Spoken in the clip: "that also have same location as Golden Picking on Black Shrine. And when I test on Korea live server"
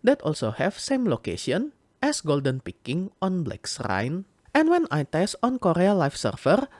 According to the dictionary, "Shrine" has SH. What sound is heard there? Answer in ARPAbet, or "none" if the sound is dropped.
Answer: S